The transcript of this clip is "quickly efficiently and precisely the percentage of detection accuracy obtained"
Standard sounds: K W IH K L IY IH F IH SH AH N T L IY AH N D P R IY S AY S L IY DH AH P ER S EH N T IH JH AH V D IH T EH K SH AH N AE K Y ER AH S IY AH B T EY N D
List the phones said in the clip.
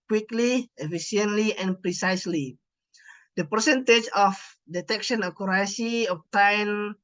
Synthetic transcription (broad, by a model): K W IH K L IY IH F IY S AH N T L IY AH N P R IY S AY S L IY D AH P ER S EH N T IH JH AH F D IH T EH K SH AH N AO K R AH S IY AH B T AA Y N